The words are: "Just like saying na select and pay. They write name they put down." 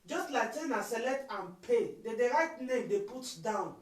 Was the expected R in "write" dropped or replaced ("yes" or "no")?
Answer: no